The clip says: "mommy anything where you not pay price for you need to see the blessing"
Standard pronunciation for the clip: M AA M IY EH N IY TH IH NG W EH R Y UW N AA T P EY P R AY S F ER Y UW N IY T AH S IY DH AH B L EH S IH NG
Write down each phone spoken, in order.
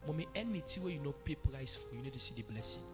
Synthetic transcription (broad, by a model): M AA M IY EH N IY T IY W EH Y UW N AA P EY P R AY S F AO Y UW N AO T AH S IY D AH B L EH S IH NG